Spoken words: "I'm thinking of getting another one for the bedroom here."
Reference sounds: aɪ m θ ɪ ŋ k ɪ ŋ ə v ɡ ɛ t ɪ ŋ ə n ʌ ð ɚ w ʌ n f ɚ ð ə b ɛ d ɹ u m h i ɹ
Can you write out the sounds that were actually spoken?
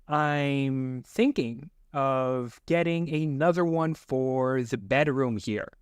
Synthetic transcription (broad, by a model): aɪ m θ ɪ ŋ k ɪ ŋ ə v ɡ ɛ t ɪ ŋ ə n ʌ ð ɚ w ʌ n f ɚ ð ə b ɛ d ɹ u m h i ɹ